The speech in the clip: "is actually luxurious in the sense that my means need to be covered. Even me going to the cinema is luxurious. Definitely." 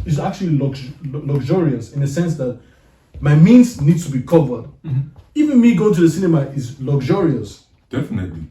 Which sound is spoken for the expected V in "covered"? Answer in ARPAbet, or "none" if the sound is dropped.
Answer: V